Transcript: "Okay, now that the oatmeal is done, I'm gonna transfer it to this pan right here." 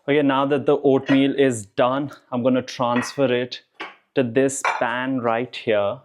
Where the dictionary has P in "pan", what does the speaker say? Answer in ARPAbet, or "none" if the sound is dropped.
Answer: B